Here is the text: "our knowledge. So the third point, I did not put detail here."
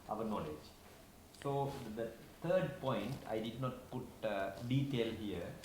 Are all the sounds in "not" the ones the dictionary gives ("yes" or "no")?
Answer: yes